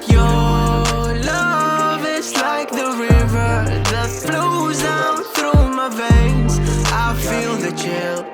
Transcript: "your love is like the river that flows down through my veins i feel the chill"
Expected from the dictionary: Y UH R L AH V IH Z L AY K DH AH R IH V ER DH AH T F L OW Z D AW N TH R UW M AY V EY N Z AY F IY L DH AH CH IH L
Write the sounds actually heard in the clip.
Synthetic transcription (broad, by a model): Y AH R L AH V IH Z L AY K DH AH R IH V ER DH AH T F L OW Z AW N TH R UW M AY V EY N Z AY F IY L DH AH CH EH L